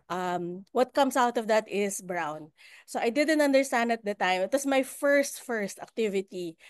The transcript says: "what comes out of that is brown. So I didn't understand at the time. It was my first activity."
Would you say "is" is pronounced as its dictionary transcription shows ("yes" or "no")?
no